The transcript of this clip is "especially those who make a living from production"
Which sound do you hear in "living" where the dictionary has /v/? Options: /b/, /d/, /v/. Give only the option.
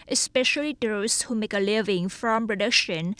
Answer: /v/